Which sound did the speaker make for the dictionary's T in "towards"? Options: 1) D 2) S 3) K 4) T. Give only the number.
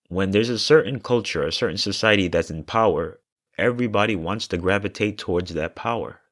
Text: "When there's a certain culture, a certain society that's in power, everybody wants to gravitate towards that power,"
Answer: 4